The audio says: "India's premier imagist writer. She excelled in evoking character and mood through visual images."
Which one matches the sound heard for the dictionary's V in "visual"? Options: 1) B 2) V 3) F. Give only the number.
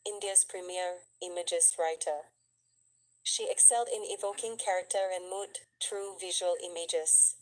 2